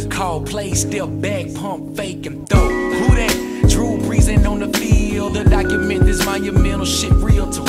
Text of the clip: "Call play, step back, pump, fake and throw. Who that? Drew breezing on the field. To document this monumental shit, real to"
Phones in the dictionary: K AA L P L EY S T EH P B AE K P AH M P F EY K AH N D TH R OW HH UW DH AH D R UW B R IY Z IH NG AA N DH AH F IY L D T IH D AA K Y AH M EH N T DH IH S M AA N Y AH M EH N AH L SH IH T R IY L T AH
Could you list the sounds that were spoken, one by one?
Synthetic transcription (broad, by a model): K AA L P L EY S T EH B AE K P AH M P F EY K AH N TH OW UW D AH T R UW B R IY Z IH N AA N DH AH F IY L D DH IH D AA K Y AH M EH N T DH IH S M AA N Y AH M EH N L SH IH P R IY L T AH